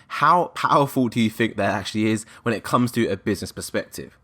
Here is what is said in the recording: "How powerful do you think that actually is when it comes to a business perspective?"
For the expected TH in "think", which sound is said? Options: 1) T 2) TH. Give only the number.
2